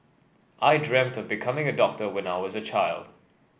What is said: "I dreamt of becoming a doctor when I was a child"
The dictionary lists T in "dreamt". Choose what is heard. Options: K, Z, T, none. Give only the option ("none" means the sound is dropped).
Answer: T